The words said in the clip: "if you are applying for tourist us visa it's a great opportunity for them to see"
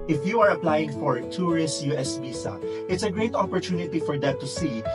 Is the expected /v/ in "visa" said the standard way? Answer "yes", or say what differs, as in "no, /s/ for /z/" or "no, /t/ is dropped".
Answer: no, /b/ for /v/